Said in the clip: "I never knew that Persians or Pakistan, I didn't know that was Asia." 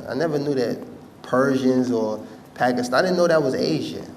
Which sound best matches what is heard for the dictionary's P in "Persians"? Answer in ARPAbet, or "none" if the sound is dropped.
P